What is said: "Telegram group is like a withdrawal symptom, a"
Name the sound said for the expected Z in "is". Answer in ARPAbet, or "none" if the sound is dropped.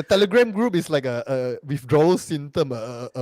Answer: S